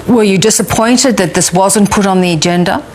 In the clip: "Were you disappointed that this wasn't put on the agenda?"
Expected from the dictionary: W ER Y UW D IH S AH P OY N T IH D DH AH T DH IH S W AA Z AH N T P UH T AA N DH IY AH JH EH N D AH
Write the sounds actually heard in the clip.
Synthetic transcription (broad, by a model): W ER Y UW D IH S AH P OY N T IH D DH AH T DH IH S W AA Z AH N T P UH T N DH IY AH JH EH N D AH